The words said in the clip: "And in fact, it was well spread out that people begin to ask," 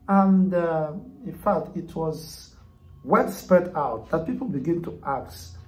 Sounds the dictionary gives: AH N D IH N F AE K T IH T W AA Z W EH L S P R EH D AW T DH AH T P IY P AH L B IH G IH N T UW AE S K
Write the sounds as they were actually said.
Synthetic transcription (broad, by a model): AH N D IH N F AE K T IH T W AA Z W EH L S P EH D AW T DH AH T P IY P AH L B IH G IH N T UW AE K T